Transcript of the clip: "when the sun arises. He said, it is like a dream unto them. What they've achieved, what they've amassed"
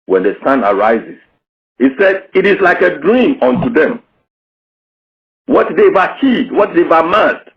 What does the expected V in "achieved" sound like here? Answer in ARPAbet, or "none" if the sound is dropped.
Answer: none